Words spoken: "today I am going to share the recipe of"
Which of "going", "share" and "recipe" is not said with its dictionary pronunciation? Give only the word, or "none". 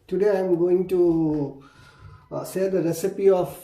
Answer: share